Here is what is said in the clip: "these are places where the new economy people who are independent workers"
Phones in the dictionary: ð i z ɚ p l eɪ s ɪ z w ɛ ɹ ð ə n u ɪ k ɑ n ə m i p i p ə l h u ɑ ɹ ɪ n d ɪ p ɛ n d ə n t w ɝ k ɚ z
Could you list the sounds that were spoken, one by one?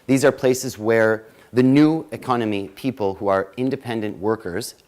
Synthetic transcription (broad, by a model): ð i z ɚ p l eɪ s ɪ z w ɛ ɹ ð ə n u ɪ k ɑ n ə m i p i p ə l h u ɑ ɹ ɪ n d ɪ p ɛ n d ə n t w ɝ k ɚ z